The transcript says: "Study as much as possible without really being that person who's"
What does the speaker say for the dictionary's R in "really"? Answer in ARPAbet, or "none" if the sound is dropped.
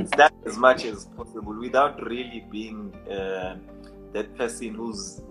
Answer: R